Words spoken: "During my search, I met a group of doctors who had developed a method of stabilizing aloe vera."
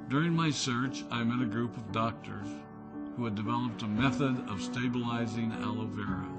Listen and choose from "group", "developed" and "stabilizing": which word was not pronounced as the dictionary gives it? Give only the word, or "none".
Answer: none